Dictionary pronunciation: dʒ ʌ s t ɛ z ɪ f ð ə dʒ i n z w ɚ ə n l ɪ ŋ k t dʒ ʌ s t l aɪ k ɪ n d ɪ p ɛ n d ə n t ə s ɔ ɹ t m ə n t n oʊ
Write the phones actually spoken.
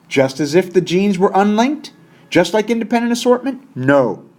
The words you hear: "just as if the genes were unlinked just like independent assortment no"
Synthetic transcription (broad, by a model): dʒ ʌ s t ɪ z ɪ f ð ə dʒ i n z w ɚ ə n l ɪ ŋ k t dʒ ʌ s t l aɪ k ɪ n d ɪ p ɛ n d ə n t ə s ɔ ɹ t m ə n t n oʊ